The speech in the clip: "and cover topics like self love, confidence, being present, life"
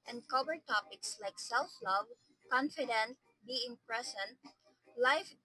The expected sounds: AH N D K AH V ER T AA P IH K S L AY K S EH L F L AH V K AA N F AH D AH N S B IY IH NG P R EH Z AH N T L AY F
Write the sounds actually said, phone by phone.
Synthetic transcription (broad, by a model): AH N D K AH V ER T AA P IH K S L AY K S EH L F L AH V K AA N F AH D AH N B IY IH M P R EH S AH N L AY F